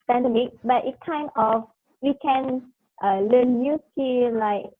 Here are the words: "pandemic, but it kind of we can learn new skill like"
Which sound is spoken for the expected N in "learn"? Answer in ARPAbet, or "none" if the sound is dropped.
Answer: L